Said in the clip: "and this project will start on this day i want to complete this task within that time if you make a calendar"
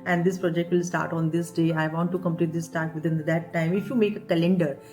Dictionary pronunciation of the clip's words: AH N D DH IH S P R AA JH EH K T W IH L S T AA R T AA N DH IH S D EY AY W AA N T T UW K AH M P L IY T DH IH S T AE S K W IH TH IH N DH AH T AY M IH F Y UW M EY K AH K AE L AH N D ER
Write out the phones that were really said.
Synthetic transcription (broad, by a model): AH N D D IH S P R AA JH EH K T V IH L S T AA R T AA N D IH S D EY AY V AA N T T UW K AH M P L IY T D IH S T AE K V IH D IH N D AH T AY M IH F Y UW M EY K AH K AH L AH N D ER